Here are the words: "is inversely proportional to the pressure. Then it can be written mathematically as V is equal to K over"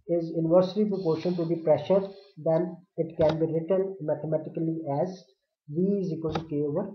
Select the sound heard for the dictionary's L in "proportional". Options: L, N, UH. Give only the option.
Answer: N